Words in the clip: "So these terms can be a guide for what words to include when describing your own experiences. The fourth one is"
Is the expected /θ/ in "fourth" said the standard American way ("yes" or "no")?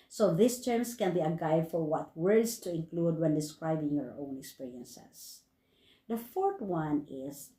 no